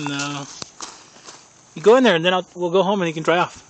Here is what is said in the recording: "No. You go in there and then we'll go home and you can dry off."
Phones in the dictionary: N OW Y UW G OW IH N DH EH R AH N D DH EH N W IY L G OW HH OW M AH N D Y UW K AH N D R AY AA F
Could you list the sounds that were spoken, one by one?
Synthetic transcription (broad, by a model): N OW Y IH G OW IH N DH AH R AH N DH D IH L W IY L G OW HH OW M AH N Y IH K N D R AY AA F